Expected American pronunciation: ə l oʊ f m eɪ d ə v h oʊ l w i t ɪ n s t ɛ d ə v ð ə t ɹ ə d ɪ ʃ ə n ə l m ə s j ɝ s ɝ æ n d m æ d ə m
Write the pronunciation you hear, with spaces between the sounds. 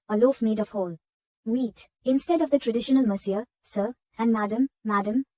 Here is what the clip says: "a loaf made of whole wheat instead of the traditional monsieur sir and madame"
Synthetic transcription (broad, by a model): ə l oʊ f m eɪ d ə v h oʊ l w i t ɪ n s t ɛ d ə v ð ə t ɹ ə d ɪ ʃ ə n ə l m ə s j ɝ s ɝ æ n d m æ d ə m